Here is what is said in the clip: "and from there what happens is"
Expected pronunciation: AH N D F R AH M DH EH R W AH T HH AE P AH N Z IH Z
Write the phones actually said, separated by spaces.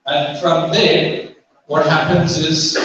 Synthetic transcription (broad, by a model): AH N F R AH M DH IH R W AH T HH AE P AH N Z IH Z